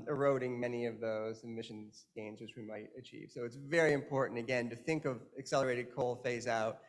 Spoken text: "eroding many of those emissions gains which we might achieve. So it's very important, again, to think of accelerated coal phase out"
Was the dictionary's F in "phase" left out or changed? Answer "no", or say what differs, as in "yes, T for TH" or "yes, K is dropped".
no